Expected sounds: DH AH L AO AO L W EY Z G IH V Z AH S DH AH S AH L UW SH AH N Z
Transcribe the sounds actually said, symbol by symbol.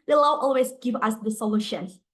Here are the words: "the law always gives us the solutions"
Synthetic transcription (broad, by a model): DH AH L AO AO L W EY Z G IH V AH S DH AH S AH L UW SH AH N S